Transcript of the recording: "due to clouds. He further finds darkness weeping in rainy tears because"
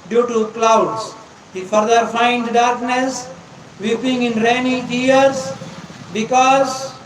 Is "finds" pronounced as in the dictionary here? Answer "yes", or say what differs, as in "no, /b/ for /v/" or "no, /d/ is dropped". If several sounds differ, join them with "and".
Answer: no, /z/ is dropped